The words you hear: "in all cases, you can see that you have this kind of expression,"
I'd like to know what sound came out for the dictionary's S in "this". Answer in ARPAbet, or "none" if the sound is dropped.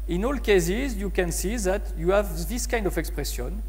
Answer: S